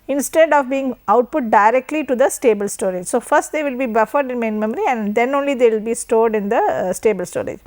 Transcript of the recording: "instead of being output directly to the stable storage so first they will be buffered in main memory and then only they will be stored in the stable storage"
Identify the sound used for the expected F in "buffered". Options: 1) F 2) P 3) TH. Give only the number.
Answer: 1